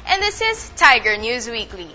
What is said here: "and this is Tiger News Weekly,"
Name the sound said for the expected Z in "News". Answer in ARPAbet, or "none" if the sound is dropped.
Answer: Z